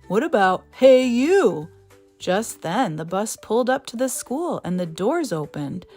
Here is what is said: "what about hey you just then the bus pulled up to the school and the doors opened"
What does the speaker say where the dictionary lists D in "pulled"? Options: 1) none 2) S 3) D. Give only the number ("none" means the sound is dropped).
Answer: 3